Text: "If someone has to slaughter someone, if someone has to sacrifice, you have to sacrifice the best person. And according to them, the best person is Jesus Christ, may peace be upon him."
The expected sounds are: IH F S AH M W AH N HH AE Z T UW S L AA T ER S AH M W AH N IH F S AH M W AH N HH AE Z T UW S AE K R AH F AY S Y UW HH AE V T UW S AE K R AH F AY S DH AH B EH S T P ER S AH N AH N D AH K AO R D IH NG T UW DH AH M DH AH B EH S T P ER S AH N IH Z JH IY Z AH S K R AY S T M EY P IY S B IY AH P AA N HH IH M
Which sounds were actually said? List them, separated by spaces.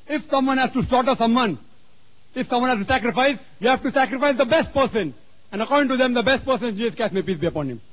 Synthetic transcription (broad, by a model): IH F S AH M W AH N HH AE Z T UW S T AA T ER S AH M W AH N IH F S AH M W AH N HH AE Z T UW S AE K R AH F AY S Y UW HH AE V T UW S AE K R AH F AY S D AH B EH S T P ER S AH N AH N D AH K AO R D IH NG T UW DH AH M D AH B EH S T P ER S AH N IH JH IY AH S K AY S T M EY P IY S B IY AH P AA N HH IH M